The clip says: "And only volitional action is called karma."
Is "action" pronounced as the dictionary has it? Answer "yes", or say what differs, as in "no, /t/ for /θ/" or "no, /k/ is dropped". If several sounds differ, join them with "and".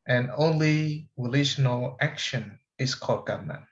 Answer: yes